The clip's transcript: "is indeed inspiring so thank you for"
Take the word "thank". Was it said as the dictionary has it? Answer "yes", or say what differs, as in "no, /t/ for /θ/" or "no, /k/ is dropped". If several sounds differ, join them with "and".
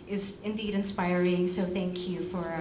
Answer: yes